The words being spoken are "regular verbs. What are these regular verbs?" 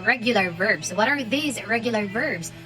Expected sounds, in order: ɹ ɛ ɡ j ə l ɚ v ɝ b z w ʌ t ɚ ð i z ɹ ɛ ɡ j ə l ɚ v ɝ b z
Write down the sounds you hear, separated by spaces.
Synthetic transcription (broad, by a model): ɹ ɛ ɡ j l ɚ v ɝ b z w ʌ t ɚ ð i z ɹ ɛ ɡ j l ɚ v ɝ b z